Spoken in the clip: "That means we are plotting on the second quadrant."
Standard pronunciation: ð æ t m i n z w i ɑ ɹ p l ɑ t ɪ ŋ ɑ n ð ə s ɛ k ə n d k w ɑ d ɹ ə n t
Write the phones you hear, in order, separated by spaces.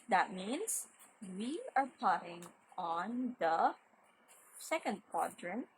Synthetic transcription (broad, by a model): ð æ t m i n s w i ɑ ɹ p ɑ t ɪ ŋ ɑ n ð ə s ɛ k ə n d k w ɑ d ɹ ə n